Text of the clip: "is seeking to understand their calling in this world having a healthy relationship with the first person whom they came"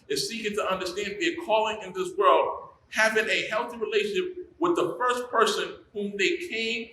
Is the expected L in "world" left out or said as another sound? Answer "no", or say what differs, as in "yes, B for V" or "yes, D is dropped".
no